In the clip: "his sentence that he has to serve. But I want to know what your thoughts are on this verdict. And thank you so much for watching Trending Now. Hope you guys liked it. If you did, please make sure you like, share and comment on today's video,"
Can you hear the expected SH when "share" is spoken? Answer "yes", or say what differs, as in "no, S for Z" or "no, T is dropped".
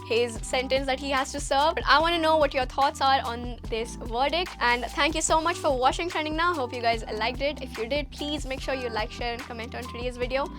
yes